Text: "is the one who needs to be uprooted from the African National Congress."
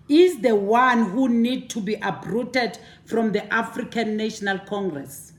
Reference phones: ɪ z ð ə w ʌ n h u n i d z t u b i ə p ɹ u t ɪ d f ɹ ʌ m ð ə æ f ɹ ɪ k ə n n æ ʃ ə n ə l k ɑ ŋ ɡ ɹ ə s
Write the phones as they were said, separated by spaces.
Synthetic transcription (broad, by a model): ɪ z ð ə w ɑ n h u n i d t u b i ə b ɹ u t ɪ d f ɹ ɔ m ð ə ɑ f ɹ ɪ k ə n n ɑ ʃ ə n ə l k ɑ ŋ ɡ ɹ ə s